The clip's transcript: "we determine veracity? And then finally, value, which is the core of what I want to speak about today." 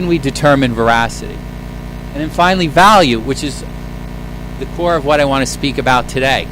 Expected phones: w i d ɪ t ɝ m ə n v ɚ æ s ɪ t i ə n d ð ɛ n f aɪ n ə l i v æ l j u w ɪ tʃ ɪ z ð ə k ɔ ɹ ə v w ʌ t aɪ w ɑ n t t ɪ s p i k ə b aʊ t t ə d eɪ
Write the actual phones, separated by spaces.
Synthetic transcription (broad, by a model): w i d ɪ t ɝ m ə n v ɚ æ s ɪ t i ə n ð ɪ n f aɪ n l i v æ l j u w ɪ tʃ ɪ z ð ə k ɔ ɹ ə v w ʌ t aɪ w ɑ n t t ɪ s p i k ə b aʊ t t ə d eɪ